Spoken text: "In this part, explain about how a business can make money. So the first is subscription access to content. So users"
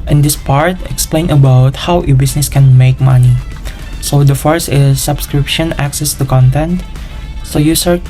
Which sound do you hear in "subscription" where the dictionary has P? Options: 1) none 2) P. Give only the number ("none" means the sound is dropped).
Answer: 2